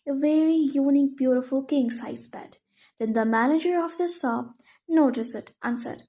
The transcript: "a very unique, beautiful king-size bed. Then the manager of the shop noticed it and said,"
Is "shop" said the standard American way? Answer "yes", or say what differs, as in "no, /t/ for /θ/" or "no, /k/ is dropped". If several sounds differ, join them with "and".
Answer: no, /s/ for /ʃ/